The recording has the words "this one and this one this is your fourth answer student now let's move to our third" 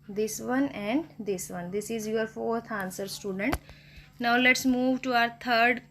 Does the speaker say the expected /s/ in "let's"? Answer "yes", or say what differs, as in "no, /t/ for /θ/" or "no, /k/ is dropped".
yes